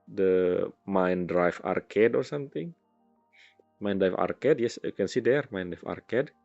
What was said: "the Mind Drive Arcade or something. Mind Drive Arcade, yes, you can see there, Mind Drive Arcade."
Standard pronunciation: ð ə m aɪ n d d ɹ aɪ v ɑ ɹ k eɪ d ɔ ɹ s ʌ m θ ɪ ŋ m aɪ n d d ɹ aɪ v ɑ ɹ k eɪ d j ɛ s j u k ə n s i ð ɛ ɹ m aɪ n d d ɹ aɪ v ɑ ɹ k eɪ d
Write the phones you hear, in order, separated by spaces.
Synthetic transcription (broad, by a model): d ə m aɪ n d d ɹ aɪ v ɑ ɹ k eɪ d ɔ ɹ s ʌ m t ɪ ŋ m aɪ n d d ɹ aɪ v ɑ ɹ k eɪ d j ɛ s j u k ə n s i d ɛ ɹ m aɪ n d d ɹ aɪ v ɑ ɹ k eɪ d